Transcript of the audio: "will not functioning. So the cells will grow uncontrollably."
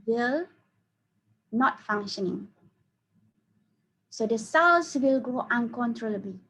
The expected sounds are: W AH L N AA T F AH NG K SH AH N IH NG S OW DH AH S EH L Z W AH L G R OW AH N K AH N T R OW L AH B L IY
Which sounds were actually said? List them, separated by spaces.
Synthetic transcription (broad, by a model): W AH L N AA T F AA NG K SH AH N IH NG S OW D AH S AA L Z W AH L G OW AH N K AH N T R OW L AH B L IY